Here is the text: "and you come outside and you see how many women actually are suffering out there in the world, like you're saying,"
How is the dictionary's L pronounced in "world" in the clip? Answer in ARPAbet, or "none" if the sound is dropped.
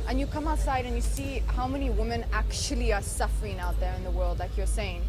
L